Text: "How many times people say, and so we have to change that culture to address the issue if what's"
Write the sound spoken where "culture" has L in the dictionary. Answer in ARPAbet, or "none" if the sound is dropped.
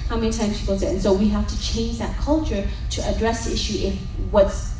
L